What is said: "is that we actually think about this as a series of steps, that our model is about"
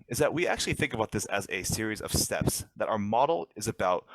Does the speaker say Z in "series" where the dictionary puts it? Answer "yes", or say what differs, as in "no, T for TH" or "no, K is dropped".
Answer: yes